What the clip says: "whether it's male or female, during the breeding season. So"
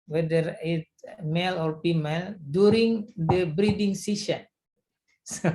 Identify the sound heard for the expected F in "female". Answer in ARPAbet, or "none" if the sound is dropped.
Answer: P